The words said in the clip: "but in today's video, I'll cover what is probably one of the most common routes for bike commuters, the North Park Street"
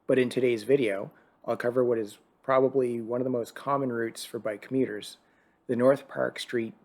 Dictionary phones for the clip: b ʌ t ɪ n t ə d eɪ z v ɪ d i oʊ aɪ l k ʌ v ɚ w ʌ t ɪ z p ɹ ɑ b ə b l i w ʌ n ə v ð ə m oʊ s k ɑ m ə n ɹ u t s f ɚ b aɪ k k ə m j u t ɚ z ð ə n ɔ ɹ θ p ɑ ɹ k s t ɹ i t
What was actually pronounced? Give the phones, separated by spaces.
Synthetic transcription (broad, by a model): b ʌ t ɪ n t ə d eɪ z v ɪ d i oʊ aɪ l k ʌ v ɚ w ʌ t ɪ z p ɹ ɑ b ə b l i w ʌ n ə v ð ə m oʊ s k ɑ m ə n ɹ u t s f ɚ b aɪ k k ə m j u t ɚ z ð ə n ɔ ɹ θ p ɑ ɹ k s t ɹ i t